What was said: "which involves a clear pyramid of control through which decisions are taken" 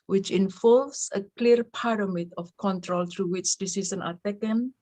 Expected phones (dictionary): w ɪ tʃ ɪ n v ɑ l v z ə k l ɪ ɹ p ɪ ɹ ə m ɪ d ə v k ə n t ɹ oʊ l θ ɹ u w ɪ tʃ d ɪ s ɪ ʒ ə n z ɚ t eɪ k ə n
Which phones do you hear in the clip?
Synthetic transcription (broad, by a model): w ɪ tʃ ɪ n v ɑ l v s ə k l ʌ ɹ p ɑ ɹ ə m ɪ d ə f k ə n t ɹ oʊ l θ ɹ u w ɪ tʃ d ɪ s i s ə n ɑ t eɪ k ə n